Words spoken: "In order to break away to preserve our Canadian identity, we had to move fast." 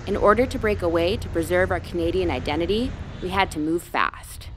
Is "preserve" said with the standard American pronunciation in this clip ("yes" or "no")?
yes